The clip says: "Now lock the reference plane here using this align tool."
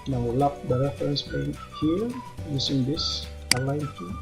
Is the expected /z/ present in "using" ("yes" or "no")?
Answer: no